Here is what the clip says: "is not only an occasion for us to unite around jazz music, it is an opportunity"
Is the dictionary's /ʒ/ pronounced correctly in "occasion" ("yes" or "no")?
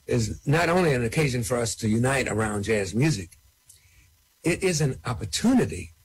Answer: yes